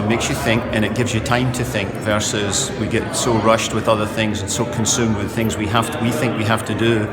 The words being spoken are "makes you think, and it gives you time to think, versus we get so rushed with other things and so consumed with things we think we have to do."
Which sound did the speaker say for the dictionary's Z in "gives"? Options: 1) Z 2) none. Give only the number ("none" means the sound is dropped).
1